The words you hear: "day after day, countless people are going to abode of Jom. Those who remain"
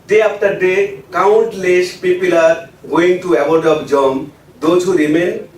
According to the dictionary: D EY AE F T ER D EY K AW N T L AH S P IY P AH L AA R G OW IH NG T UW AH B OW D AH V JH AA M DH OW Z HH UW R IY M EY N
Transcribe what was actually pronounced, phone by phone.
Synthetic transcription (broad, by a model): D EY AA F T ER D EY K AW N T L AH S P IY P AH L AA R G OW IH NG T UW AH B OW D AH B JH AA M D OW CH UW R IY M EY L